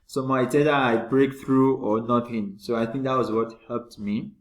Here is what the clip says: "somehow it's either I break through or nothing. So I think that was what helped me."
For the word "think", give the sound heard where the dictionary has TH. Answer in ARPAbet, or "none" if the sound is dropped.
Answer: T